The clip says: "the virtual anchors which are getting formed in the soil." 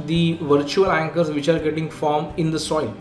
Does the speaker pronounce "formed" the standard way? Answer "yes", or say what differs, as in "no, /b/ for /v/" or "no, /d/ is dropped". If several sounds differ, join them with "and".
no, /d/ is dropped